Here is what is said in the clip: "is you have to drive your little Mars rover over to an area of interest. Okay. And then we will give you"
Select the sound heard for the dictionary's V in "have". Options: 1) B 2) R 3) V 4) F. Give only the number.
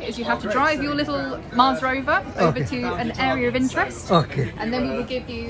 4